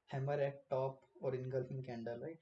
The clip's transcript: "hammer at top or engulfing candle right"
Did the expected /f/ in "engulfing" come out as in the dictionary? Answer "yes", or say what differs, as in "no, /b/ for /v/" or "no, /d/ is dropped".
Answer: no, /f/ is dropped